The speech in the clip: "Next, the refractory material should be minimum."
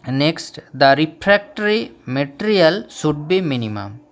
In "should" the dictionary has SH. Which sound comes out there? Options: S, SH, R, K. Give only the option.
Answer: S